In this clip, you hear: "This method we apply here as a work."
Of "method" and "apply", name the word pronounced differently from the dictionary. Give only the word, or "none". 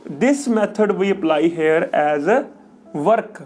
method